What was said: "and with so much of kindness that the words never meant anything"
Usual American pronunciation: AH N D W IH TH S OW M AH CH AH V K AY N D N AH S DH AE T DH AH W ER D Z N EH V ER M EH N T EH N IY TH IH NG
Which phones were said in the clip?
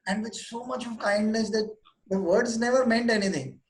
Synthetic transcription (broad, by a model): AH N D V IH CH S OW M AH CH AH V K AY N D N AH S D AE T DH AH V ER D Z N EH V ER M EH N T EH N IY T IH NG